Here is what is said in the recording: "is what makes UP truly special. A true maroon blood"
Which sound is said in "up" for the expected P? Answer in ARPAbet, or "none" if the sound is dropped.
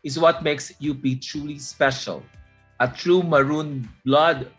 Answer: B